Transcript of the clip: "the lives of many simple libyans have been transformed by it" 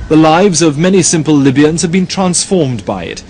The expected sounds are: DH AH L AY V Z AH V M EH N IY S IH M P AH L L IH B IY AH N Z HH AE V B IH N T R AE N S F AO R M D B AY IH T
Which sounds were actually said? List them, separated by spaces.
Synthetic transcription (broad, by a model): DH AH L AY V Z AH V M EH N IY S IH M P AH L L IH B IY AH N Z HH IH V B IH N T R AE N S F AO R M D B AY IH T